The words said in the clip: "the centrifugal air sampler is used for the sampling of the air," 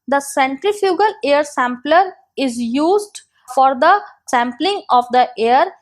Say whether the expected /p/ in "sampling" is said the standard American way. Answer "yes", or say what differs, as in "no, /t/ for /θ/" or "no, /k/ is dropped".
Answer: yes